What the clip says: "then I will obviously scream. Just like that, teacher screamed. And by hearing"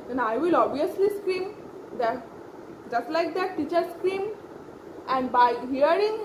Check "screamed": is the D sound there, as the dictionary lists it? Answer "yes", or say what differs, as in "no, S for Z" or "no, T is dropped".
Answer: no, D is dropped